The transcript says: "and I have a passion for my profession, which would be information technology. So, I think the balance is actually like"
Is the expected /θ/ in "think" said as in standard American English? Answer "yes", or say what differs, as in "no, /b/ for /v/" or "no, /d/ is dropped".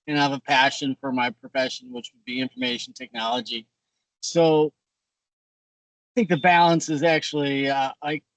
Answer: yes